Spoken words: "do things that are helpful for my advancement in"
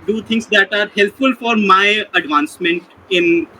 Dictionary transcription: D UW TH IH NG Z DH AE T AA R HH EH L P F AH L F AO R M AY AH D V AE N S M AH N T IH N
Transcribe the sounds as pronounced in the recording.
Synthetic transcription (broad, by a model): D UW T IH NG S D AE T AA R HH EH L P F AH L F AO R M AY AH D V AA N S M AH N T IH N